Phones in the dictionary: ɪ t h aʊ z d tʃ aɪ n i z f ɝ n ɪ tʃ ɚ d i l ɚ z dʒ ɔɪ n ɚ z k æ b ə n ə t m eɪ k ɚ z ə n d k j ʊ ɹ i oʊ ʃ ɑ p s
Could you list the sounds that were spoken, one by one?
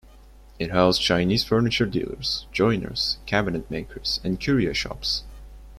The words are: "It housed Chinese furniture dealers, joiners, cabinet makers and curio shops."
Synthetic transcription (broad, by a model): ɪ t h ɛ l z tʃ aɪ n i z f ɝ n ɪ tʃ ɚ d i l ɚ z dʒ ɔɪ n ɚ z k æ b ə n ə t m eɪ k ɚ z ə n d k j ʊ ɹ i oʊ ʃ ɑ p s